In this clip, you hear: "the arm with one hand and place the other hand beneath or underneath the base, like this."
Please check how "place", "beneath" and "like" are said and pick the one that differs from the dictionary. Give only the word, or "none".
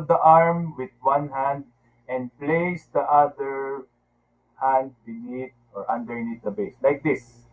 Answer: beneath